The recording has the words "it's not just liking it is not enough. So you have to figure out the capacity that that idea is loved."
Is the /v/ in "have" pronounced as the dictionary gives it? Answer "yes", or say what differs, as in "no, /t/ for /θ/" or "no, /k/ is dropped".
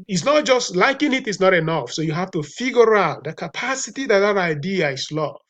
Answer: no, /f/ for /v/